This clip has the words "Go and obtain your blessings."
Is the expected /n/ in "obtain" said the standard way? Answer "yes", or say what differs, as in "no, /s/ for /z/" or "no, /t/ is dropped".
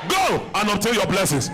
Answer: no, /l/ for /n/